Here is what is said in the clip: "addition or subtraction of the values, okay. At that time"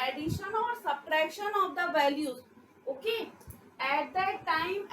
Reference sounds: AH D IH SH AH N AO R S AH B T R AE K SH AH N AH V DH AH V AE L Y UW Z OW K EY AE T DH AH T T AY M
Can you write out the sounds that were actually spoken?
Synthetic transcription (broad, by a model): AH D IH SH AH N AO R S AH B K R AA SH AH N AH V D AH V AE L Y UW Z OW K EY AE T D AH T T AY M